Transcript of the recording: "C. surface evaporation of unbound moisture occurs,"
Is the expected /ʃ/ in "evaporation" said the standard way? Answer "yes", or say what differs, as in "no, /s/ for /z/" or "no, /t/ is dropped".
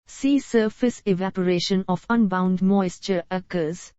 yes